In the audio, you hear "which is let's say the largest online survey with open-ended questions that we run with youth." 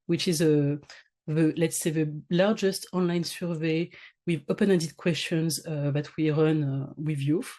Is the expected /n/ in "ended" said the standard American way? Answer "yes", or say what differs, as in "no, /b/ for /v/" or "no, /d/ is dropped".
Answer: no, /n/ is dropped